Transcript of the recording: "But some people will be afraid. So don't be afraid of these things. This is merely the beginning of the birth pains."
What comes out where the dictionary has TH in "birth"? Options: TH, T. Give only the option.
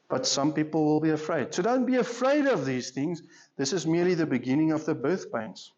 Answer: TH